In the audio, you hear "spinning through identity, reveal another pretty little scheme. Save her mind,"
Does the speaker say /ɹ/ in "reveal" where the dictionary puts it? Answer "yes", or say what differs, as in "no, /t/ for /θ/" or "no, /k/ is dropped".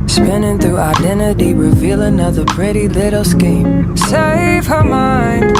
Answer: yes